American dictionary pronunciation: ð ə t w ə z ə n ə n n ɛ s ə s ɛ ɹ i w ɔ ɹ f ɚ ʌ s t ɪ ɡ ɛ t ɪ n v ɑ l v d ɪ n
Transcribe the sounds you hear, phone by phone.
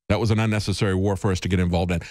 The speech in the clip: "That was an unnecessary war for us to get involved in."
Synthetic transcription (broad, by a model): ð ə t w ə z ə n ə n n ɛ s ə s ɛ ɹ i w ɔ ɹ f ɚ ʌ s t ɪ ɡ ɛ t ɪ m v ɑ l v d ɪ n